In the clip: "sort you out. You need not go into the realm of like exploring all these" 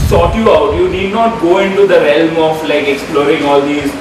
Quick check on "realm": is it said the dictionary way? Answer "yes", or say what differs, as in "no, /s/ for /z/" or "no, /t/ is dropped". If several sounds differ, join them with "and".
yes